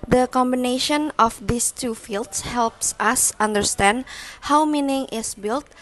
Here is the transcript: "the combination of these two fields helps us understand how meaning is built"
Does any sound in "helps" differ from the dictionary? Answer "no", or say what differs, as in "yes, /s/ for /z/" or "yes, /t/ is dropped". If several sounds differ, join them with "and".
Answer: no